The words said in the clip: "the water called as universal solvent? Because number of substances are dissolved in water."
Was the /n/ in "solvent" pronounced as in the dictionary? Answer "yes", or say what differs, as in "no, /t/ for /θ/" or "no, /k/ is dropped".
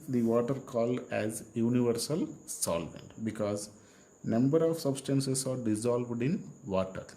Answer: yes